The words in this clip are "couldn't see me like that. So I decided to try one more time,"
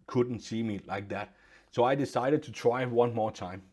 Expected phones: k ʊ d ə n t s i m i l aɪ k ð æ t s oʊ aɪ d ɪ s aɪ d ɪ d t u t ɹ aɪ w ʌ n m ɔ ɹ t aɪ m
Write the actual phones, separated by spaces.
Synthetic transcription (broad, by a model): k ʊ d n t s i m i l aɪ k ð æ t s oʊ aɪ d ɪ s aɪ d ɪ d t u t ɹ aɪ w ʌ n m ɔ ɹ t aɪ m